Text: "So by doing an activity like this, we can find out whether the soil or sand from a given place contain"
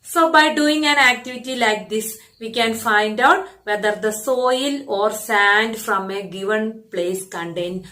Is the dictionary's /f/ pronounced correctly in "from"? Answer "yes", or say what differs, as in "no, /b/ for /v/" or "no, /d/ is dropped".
yes